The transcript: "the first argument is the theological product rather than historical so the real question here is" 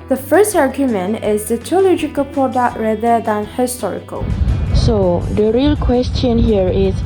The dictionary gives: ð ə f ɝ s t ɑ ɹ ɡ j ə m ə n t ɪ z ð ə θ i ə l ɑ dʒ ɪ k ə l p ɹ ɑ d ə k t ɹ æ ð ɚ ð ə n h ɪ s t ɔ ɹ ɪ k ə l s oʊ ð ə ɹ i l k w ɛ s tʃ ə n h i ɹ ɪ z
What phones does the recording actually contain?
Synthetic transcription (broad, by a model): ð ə f ɝ s t ɑ ɹ ɡ j ə m ə n t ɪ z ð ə t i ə l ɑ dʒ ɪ k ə l p ɹ ɑ d ə k t ɹ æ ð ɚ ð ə n h ɪ s t ɔ ɹ ɪ k ə l s oʊ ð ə ɹ i l k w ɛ s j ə n h i ɹ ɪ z